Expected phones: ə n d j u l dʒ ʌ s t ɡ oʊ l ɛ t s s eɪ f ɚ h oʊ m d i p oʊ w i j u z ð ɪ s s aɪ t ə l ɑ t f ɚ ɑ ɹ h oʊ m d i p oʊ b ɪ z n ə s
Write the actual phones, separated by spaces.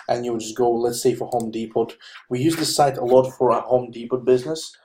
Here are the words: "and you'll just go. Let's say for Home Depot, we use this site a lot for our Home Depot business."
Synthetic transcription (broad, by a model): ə n j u w dʒ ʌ s ɡ oʊ l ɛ t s s eɪ f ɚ h oʊ m d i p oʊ w i j u z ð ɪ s s aɪ t ə l ɑ t f ɚ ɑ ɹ h oʊ m d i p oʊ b ɪ z n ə s